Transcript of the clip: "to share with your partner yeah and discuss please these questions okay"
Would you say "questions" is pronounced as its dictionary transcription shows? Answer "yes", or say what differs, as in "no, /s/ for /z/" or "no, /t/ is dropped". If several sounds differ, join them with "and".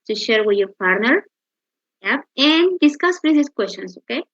no, /s/ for /z/